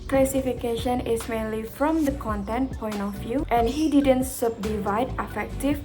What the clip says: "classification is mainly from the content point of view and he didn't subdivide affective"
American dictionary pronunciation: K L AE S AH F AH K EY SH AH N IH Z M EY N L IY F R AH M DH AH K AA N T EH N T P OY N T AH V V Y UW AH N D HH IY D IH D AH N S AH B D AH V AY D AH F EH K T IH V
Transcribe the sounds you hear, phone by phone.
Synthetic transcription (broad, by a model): K L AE S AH F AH K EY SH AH N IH S M EY N L IY F R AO M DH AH K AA N T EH N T P OY N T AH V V Y UW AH N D HH IY D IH D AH N S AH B D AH V AY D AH F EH K T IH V